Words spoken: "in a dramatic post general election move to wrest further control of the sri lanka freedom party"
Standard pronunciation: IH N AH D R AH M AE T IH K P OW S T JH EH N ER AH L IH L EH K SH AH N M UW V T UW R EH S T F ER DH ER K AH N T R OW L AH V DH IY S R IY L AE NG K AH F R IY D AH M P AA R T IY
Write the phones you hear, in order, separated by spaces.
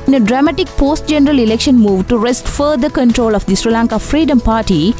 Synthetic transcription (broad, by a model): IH N AH D R AH M AE T IH K P OW S T JH EH N ER AH L IH L EH K SH AH N M UW V T UW R EH S T F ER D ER K AH N T R OW L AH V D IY S R IY L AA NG K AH F R IY D AH M P AA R T IY